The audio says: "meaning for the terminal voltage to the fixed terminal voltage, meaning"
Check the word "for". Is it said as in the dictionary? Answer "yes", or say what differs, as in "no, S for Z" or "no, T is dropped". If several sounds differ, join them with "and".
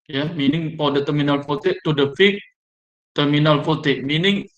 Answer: no, P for F